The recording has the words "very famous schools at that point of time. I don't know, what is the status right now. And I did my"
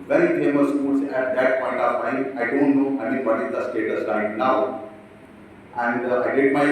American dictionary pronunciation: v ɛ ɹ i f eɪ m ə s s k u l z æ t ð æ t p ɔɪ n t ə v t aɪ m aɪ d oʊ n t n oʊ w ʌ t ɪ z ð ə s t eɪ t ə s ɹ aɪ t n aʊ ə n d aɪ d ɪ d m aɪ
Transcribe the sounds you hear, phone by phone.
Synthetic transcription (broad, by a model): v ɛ ɹ i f eɪ m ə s s k u l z æ t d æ t p ɔɪ n t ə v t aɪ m aɪ d oʊ n t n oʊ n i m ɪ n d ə s t eɪ t ə s l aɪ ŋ n aʊ ə n d aɪ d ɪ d m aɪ